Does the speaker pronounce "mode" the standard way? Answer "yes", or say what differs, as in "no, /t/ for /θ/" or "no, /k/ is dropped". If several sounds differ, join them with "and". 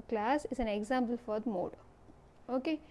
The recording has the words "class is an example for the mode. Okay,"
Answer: no, /d/ is dropped